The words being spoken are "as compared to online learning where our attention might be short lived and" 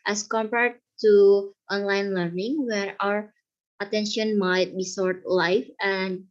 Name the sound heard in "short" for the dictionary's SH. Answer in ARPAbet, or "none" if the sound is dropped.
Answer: S